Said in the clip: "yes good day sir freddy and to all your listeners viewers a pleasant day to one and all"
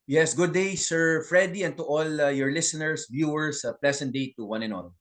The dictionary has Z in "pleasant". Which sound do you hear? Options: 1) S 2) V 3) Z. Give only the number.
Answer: 1